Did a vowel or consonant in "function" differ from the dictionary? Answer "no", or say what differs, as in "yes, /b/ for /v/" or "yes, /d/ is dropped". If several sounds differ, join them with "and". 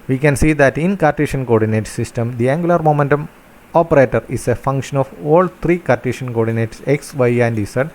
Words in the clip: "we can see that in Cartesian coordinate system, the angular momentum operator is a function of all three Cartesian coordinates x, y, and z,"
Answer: no